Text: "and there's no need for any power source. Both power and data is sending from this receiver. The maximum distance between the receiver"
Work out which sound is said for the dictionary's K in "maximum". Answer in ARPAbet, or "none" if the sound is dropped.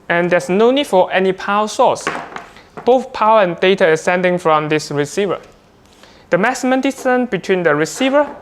none